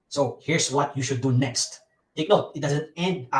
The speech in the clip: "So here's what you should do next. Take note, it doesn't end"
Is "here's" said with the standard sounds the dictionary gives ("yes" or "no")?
no